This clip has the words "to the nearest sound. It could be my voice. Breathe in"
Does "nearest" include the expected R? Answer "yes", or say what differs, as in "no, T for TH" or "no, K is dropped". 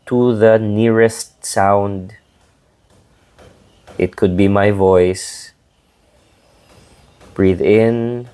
yes